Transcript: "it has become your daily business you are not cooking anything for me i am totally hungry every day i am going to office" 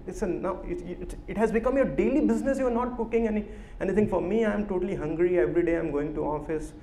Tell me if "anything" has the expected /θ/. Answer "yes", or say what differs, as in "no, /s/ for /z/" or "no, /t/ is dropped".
no, /t/ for /θ/